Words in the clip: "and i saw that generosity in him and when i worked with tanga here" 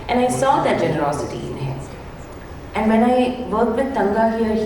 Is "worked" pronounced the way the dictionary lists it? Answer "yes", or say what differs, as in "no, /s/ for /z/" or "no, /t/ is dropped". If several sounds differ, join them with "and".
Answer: no, /k/ is dropped